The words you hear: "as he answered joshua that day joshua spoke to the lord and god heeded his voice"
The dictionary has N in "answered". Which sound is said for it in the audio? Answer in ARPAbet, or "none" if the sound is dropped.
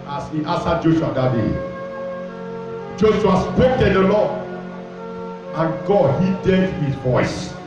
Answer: none